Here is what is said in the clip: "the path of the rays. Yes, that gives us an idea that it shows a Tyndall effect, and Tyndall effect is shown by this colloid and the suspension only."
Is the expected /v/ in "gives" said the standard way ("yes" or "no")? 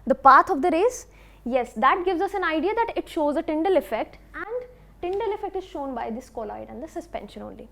yes